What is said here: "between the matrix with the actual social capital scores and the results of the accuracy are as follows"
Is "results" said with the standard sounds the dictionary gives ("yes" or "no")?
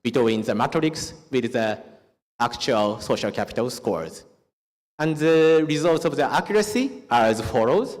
yes